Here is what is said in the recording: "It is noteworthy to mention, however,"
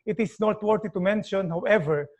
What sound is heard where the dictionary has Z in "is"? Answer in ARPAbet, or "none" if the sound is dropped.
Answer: S